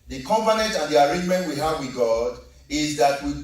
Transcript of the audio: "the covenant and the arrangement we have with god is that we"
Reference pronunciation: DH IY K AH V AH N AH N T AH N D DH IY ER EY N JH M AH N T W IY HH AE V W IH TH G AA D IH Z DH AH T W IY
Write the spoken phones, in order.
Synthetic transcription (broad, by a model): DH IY K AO P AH N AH N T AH N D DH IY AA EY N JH M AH N T W IY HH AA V W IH G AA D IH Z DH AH T W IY